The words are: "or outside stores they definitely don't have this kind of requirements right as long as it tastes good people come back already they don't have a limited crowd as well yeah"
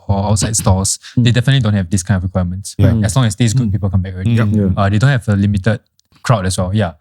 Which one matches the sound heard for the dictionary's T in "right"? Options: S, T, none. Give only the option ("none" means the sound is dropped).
none